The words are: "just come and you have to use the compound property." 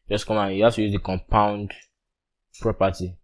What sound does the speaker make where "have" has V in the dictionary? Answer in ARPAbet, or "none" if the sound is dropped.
F